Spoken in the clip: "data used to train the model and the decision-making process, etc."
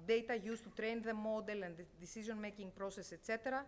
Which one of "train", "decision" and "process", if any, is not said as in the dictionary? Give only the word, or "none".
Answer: decision